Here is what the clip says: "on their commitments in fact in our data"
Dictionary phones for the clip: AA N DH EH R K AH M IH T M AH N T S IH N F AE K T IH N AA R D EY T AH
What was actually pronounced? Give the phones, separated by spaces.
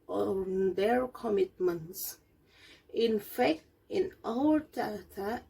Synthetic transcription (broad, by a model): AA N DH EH R K AH M IH T M AH N T S IH N F AE K T IH N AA L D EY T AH